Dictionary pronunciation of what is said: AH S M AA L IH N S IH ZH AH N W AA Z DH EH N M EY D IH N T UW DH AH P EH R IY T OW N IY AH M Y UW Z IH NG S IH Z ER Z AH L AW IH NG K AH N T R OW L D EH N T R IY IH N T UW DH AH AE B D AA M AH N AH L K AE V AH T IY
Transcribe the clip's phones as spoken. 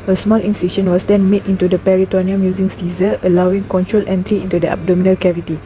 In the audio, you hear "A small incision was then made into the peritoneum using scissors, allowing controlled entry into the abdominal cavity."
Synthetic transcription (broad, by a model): AH S M AA L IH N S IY SH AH N W AA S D EH N M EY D IH N T UW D AH P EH R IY T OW N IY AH M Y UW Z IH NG S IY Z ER AH L AW IH NG K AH N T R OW L EH N T R IY IH N T UW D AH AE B D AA M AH N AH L K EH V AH T IY